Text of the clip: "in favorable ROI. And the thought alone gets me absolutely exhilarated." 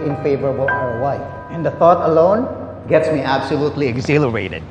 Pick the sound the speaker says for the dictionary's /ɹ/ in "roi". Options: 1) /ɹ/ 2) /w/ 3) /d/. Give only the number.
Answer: 2